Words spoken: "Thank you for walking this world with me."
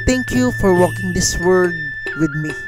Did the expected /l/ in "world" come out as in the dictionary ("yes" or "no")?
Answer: no